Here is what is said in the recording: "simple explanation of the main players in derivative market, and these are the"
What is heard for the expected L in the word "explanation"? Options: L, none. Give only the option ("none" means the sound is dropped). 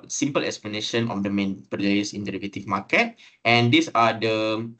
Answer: L